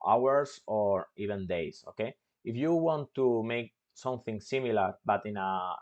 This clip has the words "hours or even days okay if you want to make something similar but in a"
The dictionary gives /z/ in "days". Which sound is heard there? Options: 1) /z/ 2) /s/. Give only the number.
2